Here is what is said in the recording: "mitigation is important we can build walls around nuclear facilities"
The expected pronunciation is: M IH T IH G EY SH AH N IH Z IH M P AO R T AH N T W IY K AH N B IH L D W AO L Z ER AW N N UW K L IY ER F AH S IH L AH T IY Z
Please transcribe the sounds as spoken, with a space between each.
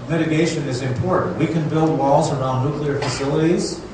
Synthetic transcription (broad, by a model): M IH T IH G EY SH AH N IH Z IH M P AO R T N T W IY K AH N B IH L D W AO L Z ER AW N N UW K L IY ER F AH S IH L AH T IY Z